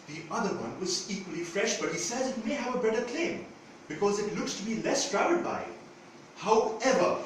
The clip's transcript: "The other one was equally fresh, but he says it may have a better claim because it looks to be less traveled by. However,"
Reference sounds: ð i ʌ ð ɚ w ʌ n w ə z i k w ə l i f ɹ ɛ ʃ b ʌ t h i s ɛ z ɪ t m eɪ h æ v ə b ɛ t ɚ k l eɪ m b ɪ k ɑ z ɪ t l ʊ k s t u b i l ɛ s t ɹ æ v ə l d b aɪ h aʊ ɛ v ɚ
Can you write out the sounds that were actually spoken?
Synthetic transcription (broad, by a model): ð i ʌ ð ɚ w ʌ n w ə z i k w ə l i f ɹ ɛ ʃ b ʌ t h i s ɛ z ɪ t m eɪ h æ v ə b ɛ t ɚ k l eɪ m b ɪ k ɑ z ɪ t l ʊ k s t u b i l ɛ s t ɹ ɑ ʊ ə d b aɪ h aʊ ɛ v ɚ